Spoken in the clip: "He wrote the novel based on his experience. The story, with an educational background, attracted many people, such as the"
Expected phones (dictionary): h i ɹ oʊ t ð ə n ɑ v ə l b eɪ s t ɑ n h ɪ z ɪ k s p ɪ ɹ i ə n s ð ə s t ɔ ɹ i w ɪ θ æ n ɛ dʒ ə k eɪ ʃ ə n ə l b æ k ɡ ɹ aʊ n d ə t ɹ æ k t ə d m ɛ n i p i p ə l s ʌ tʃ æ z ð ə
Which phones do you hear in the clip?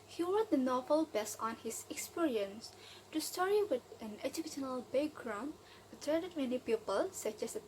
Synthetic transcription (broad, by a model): h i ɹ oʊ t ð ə n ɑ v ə l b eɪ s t ɑ n h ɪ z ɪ k s p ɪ ɹ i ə n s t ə s t ɔ ɹ i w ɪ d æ n ɛ dʒ ə k eɪ ʃ ə n ə l b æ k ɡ ɹ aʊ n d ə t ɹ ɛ t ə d m ɛ n i p i p ə l s ʌ tʃ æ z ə